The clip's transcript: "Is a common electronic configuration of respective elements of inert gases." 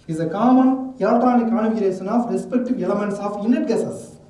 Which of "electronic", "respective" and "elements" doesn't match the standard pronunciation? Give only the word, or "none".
electronic